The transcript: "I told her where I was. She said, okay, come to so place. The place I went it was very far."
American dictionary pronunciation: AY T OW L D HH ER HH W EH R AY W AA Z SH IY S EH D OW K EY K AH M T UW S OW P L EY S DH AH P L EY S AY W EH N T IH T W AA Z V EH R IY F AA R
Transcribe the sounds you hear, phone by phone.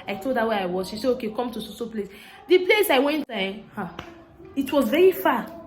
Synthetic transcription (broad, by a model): AY T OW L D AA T W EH AY W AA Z SH IY S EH OW K EY K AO M T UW S OW P L EY S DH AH P L EY S AY W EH N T IH T W AA Z V EH R IY F AA